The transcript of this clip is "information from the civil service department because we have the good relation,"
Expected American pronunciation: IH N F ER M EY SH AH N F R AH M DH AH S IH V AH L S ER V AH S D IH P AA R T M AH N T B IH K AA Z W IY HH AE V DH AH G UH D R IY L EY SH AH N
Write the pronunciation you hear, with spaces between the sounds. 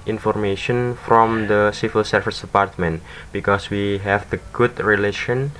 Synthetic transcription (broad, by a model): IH N F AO M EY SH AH N F R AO M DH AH S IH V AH L S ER F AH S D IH P AA R T M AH N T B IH K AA S W IY HH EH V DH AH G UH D R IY L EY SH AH N